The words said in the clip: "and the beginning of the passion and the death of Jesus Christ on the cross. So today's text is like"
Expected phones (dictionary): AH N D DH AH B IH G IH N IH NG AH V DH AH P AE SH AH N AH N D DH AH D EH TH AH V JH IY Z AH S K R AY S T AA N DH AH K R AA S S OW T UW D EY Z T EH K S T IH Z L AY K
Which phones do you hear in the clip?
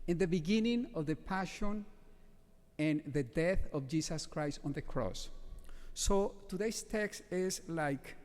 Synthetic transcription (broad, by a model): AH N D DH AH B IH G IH N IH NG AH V DH AH P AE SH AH N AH N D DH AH D EH TH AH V JH IY S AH S K R AY S T AA N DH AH K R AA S S OW T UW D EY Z T EH K S T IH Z L AY K